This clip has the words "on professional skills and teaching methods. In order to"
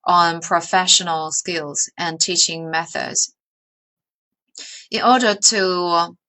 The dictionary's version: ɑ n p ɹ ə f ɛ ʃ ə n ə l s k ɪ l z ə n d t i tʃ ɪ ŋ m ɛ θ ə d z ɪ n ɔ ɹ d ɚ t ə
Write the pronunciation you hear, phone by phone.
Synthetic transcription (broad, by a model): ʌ n p ɹ ə f ɛ ʃ ə n ə l s k ɪ l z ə n t i tʃ ɪ ŋ m ɛ θ ə d z ɪ n ɔ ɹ d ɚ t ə